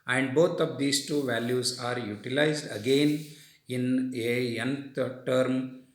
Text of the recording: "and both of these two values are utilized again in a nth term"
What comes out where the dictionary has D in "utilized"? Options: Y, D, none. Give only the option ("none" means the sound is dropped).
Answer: D